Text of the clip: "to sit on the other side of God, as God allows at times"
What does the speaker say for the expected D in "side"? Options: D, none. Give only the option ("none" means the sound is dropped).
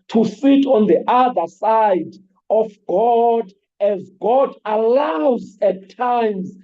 D